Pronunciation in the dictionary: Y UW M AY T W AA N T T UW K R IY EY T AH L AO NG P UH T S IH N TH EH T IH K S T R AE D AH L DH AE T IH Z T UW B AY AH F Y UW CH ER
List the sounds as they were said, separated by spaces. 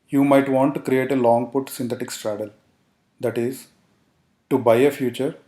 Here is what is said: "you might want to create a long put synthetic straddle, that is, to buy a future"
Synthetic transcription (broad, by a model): Y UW M AY T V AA N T T UW K R IY EY T AH L AO NG P UH T S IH N T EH T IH K S T R AE D AH L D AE T IH Z T UW B AY AH F Y UW CH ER